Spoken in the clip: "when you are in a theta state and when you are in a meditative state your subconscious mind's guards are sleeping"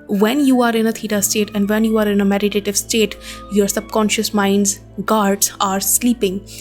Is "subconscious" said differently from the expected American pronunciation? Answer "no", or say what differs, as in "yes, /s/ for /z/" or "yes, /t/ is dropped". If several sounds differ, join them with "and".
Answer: no